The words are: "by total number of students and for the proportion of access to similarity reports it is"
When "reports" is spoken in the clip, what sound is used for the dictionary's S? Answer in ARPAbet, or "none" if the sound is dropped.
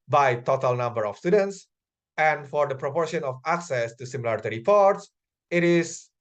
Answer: S